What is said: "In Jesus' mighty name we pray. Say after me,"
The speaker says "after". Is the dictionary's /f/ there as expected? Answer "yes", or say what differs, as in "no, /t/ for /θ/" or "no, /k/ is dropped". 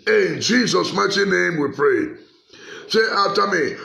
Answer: no, /f/ is dropped